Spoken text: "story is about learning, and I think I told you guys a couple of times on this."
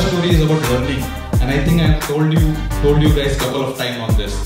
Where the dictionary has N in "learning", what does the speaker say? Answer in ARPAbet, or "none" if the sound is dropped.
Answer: L